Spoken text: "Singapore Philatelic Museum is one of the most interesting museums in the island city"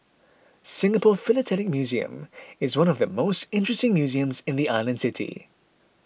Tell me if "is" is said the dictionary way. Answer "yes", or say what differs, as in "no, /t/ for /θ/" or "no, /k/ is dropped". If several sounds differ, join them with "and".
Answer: yes